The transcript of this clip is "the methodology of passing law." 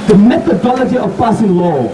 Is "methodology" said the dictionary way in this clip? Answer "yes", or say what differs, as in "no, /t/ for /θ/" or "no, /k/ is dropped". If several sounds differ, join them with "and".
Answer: yes